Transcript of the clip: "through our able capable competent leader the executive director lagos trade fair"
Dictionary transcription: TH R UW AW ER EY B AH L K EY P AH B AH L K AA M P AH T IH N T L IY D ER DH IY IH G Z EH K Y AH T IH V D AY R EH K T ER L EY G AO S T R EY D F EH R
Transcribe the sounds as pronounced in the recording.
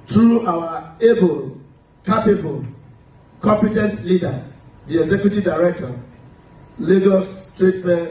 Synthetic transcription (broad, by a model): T R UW AW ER EY B AH L K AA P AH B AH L K AA M P AH T IH N T L IY D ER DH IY IH G Z EH K Y AH T IH V D AY R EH K T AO L EY G AO S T R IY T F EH